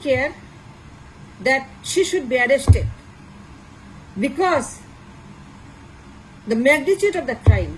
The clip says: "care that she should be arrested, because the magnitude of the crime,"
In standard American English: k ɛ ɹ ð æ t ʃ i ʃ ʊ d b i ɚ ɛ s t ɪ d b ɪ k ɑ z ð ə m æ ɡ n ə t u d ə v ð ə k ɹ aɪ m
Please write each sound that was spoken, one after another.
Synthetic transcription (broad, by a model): k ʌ ɹ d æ t ʃ i ʃ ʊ d b i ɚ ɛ s t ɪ d b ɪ k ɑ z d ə m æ ɡ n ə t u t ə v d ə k ɹ aɪ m